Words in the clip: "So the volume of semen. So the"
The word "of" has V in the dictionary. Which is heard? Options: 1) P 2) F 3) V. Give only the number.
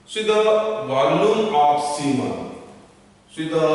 1